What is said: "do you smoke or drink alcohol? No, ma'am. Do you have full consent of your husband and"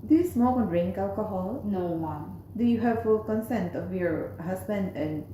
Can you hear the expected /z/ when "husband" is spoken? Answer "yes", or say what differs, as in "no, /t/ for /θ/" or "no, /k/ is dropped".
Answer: no, /s/ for /z/